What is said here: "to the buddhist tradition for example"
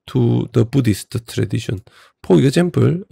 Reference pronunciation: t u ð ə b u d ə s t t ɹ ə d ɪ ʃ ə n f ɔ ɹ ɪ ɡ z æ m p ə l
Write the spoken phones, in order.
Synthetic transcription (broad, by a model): t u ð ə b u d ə s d t ɹ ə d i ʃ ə n p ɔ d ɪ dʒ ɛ m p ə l